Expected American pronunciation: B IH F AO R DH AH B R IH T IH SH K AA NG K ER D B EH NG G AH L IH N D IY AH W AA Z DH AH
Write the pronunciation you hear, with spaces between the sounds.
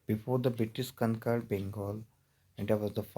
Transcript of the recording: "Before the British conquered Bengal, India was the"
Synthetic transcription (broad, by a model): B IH F AO R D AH B R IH T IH S K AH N K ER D B EH NG G AH L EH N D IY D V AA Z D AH